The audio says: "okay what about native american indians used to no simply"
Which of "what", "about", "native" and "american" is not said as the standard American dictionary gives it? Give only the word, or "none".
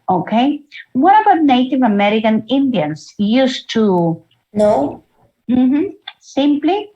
none